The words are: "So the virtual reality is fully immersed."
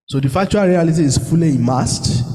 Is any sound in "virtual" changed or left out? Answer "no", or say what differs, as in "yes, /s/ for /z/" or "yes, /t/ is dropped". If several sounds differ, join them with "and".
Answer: yes, /f/ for /v/